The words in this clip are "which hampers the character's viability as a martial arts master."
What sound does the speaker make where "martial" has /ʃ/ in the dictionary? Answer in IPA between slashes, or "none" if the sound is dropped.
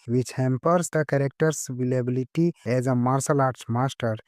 /s/